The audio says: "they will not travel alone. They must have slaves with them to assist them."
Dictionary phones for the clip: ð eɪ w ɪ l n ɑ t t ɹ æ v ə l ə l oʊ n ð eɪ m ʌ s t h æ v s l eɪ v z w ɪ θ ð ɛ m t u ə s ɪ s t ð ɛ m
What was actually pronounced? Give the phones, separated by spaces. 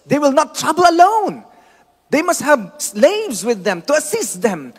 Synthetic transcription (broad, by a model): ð eɪ w ɪ l n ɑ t t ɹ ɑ b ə l ə l oʊ n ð eɪ m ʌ s t h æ v s l eɪ v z w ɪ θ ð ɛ m t u ə s ɪ s t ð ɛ m